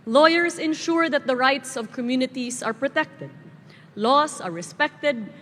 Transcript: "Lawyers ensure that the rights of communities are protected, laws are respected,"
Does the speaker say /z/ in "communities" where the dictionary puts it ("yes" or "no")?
no